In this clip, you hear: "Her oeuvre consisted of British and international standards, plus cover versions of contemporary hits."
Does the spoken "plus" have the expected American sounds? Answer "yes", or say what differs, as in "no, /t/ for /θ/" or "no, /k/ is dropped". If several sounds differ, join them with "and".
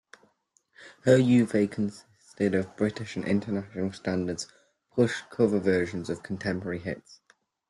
no, /l/ is dropped and /ʃ/ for /s/